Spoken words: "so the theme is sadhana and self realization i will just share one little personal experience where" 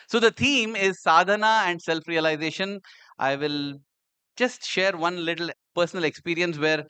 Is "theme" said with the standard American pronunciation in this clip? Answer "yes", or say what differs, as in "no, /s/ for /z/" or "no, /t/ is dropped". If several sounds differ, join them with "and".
no, /t/ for /θ/